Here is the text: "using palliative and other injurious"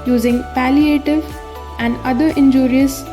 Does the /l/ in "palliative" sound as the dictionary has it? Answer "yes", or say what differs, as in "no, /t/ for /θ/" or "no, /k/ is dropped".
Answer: yes